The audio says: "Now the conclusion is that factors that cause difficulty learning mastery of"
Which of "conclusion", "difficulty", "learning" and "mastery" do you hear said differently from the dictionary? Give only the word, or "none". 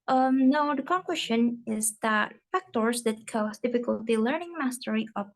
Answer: conclusion